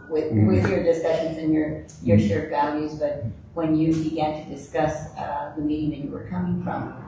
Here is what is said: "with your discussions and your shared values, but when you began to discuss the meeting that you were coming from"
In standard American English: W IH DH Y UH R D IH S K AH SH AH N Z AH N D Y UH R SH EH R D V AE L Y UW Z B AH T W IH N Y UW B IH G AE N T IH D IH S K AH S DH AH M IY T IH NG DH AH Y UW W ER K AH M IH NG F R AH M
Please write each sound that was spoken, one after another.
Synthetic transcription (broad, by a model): W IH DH Y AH R D IH S K AH SH AH N Z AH N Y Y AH R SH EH R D V AE L Y UW Z B AH T W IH N Y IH B IH G AE N T IH D IH S K AH S DH AH M IY T IH NG DH AH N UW W ER K AH M IH NG F R AH M